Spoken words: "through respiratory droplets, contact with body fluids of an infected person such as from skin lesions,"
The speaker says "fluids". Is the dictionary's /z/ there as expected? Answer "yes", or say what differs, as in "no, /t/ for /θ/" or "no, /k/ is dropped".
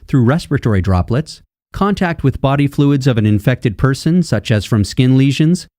yes